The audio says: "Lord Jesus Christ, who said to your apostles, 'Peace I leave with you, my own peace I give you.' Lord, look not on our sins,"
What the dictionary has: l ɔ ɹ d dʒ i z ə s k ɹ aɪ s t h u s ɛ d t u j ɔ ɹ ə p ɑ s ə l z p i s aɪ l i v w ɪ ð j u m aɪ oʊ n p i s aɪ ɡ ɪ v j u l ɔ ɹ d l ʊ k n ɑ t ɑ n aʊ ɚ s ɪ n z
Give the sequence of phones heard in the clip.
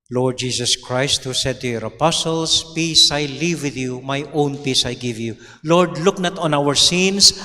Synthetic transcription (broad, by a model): l ɔ ɹ d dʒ i s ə s k ɹ aɪ s t h u s ɛ d t u j ɔ ɹ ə p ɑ s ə l s p i s aɪ l i v w ɪ ð j u m aɪ oʊ n p i s aɪ ɡ ɪ v j u l ɔ ɹ d l ʊ k n ɑ t ɑ n aʊ ɚ s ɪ n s